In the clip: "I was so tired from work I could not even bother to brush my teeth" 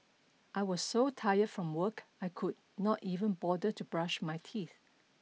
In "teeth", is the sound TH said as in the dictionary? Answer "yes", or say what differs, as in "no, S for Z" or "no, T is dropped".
yes